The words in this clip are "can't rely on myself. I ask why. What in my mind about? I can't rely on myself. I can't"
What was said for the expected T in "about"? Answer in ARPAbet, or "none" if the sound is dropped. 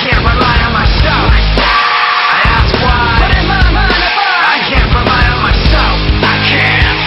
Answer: none